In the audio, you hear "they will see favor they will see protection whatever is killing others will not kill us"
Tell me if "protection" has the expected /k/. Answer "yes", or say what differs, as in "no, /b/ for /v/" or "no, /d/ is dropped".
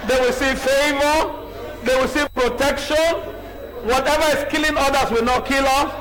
yes